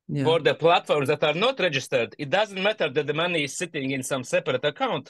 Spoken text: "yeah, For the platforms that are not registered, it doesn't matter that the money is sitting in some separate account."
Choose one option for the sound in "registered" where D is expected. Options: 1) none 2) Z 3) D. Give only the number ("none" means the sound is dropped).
3